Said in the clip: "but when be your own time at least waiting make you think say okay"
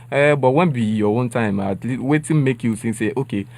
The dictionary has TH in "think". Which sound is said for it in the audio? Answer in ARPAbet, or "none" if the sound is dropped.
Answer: S